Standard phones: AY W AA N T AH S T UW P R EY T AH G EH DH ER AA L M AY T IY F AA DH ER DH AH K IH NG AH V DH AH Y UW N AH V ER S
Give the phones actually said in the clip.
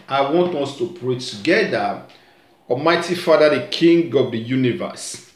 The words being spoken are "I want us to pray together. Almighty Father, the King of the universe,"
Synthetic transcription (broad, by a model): AY W AA N T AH S T UW P R EY T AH G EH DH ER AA M AY T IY F AA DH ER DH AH K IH NG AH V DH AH Y UW N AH V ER S